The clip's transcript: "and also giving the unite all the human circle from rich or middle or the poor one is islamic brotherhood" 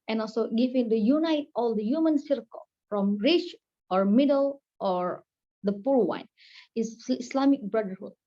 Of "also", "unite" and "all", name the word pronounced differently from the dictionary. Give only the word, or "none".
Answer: none